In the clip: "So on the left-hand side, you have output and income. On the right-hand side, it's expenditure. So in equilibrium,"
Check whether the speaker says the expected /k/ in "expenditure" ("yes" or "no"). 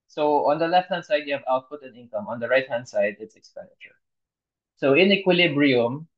yes